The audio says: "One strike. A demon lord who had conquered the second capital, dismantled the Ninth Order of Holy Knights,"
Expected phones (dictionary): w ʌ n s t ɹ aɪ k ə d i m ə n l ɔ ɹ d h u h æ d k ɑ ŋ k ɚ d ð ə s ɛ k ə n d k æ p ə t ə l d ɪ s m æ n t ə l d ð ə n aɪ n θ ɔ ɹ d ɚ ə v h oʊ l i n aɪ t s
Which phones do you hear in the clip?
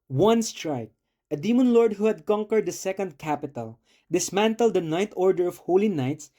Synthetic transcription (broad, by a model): w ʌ n s t ɹ aɪ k ə d i m ə n l ɔ ɹ d h u h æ d k ɑ ŋ k ɚ d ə s ɛ k ə n d k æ p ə t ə l d ɪ s m æ n t ə l d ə n aɪ n t ɔ ɹ d ɚ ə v h oʊ l i n aɪ t s